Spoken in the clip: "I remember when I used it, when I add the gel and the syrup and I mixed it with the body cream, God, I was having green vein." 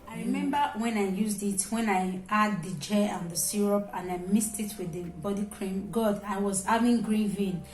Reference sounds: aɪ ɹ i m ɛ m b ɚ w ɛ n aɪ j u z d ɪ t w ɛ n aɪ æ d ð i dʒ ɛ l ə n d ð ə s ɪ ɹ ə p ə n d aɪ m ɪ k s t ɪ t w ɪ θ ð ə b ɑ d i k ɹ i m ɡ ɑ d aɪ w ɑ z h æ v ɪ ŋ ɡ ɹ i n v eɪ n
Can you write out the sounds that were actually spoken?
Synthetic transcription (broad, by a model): aɪ ɹ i m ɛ m b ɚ w ɛ n aɪ j u z d ɪ t w ɛ n aɪ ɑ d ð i dʒ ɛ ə n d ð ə s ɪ ɹ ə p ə n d aɪ m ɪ s t ɪ t w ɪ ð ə b ɑ d i k ɹ i m ɡ ɑ d aɪ w ɑ z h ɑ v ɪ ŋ ɡ ɹ i n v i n